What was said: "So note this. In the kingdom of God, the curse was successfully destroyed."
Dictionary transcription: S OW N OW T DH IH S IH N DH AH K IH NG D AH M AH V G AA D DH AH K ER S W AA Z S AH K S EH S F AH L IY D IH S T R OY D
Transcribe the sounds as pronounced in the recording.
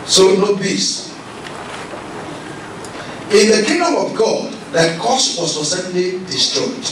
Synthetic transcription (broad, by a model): S OW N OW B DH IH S IH N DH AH K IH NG D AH M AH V G AA D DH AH K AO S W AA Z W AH S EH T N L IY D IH S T R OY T